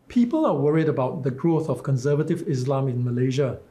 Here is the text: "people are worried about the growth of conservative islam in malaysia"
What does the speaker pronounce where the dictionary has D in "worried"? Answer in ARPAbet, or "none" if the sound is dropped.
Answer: D